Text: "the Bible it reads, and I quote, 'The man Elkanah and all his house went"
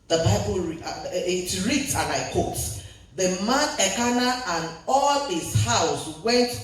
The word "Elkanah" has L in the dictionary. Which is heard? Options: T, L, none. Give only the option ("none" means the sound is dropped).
none